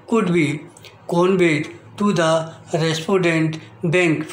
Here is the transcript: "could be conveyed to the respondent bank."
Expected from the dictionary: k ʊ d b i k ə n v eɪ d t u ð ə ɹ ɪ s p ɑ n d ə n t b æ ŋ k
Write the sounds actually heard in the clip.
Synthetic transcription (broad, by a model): k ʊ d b i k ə n b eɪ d t u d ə ɹ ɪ s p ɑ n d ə n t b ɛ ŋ k